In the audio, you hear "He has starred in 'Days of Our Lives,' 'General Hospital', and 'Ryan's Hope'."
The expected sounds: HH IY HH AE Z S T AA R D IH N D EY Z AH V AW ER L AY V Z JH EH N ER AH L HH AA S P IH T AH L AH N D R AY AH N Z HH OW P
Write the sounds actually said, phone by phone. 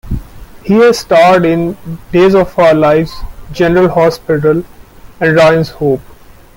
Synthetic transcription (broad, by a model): HH IY HH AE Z S T AA R D IH N D EY Z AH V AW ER L AY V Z JH EH N ER AH L HH AA S P IH T AH L AH N D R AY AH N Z HH OW P